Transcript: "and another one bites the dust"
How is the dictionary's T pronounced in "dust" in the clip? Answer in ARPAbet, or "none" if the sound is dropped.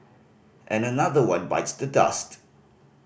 T